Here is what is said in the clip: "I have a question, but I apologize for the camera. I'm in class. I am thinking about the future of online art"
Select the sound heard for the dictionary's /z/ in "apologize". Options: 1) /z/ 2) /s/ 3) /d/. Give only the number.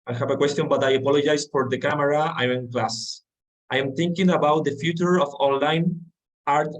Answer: 2